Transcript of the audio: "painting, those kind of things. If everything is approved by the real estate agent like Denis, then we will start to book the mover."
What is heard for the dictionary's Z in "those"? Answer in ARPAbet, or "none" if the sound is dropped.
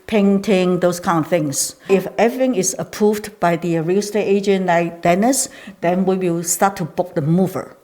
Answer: S